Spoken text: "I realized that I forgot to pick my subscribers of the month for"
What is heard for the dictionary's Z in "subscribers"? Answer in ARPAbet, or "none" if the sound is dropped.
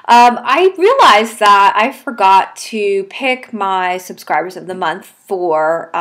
Z